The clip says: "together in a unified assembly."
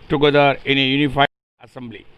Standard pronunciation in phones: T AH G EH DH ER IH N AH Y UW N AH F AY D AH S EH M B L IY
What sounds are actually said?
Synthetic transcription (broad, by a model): T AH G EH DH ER IH N AH Y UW N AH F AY AH S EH M B L IY